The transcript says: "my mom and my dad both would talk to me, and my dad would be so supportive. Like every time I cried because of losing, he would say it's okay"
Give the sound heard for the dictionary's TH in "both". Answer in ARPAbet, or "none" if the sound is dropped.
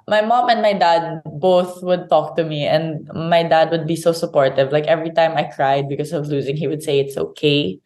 TH